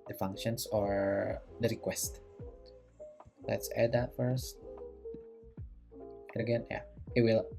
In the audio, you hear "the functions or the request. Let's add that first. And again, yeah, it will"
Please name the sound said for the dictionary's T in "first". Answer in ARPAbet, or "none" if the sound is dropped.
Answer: T